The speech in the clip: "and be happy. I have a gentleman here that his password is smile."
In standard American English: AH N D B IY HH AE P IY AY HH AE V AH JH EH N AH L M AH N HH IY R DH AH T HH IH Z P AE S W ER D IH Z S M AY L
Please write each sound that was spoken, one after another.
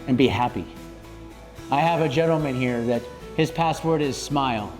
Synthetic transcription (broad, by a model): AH N B IY HH AE P IY AY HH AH V AH JH EH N L M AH N HH IY R DH AH T HH IH Z P AE S W ER D IH Z S M AY L